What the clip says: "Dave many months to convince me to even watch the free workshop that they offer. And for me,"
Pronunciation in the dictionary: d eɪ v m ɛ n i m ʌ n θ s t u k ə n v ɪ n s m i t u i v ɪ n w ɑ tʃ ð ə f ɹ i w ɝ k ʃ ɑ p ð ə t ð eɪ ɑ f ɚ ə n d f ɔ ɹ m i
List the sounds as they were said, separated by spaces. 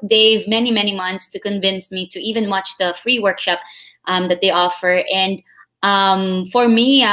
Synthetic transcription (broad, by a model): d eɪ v m ɛ n i m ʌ n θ s t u k ə n v ɪ n s m i t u i v ɪ n w ɑ tʃ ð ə f ɹ i w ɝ k ʃ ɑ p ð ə t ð eɪ ɑ f ɚ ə n d f ɔ ɹ m i